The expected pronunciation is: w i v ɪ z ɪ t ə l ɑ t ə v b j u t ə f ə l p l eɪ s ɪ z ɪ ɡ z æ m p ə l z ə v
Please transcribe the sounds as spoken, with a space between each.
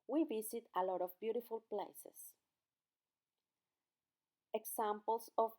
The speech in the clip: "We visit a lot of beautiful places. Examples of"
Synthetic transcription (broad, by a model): w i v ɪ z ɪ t ə l ɑ t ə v b j u t ə f ə l p l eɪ s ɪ s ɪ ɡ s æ m p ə l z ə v